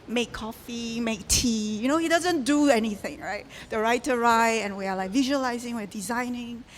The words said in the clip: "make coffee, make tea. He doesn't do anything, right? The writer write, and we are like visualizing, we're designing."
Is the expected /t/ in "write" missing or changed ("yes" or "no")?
yes